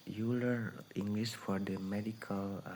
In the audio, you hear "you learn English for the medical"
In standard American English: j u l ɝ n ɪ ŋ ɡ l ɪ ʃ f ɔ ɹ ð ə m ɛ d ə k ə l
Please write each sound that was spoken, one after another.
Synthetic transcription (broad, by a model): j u l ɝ ɪ ŋ ɡ l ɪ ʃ f ɔ ɹ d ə m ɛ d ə k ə l